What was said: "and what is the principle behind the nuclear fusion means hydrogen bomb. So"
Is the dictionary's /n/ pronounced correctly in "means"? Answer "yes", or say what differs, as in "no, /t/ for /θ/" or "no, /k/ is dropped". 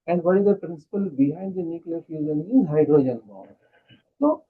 no, /n/ is dropped